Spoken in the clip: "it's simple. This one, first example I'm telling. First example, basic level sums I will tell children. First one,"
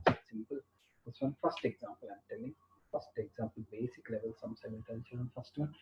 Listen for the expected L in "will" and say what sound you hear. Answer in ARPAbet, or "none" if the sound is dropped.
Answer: N